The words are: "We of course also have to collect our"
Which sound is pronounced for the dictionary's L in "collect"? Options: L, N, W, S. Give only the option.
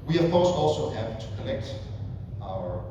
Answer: N